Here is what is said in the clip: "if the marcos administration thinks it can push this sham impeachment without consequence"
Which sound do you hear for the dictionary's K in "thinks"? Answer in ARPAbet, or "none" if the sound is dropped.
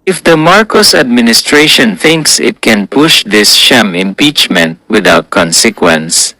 K